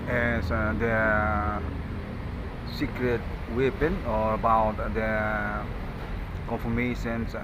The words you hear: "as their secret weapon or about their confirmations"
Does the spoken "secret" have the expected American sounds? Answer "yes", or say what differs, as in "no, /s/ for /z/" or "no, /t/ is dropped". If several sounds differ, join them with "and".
yes